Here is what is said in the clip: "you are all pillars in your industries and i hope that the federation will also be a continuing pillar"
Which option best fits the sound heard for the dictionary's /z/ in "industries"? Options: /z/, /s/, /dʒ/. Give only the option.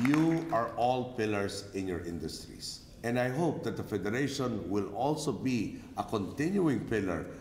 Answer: /s/